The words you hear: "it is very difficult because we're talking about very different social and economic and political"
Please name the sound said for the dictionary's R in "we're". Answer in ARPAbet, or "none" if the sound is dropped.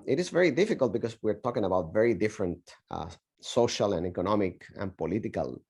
R